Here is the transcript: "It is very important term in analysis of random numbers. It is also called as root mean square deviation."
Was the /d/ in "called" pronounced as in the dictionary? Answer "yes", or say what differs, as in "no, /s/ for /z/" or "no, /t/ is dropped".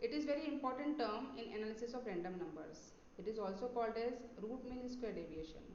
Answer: yes